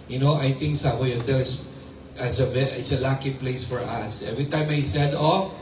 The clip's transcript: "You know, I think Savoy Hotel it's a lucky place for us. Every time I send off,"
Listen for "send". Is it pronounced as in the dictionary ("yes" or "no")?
no